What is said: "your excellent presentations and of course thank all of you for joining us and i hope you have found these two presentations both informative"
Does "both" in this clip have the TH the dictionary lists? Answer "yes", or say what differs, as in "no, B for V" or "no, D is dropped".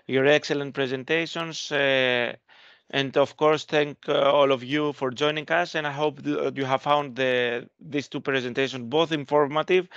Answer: yes